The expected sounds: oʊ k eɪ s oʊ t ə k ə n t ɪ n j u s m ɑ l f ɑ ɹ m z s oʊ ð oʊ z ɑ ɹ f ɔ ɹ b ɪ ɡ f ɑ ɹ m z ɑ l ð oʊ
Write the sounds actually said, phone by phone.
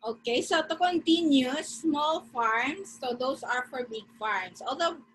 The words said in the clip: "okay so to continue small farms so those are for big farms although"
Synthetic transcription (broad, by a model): oʊ k eɪ s oʊ t ə k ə n t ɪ n j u s m ɑ l f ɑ ɹ m s oʊ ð oʊ s ɑ ɹ f ɔ ɹ b ɪ ɡ f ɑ ɹ m s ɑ l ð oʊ